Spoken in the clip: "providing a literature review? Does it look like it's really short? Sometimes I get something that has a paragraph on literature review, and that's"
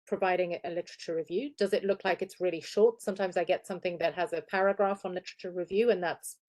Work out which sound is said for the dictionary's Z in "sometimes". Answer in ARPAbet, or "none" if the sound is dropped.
Z